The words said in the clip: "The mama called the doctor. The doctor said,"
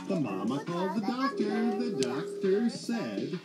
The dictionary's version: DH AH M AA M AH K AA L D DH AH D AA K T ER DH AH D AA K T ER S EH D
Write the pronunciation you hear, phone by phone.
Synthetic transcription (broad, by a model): DH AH M AA M AH K AA L D DH AH D AA K T ER DH AH D AA K T ER S EH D